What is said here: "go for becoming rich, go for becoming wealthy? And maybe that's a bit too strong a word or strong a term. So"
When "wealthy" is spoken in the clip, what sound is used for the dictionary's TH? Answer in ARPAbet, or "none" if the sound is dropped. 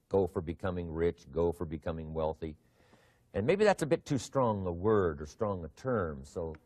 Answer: TH